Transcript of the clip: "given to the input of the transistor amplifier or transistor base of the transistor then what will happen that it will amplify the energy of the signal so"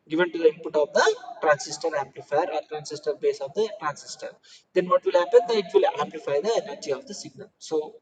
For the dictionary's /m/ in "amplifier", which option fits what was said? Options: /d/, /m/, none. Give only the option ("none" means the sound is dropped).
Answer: /m/